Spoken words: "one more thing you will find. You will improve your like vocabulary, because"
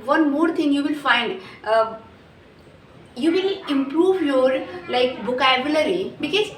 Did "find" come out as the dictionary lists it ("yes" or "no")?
yes